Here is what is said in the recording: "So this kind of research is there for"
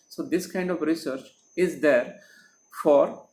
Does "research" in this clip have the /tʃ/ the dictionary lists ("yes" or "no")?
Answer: yes